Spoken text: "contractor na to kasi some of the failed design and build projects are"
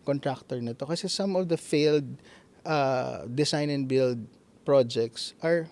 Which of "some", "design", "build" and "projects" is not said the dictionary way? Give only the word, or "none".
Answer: design